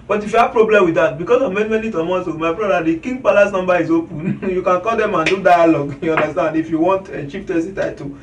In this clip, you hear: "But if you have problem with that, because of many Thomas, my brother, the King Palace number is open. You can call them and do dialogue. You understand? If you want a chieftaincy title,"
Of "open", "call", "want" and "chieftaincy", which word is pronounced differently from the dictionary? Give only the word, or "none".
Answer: chieftaincy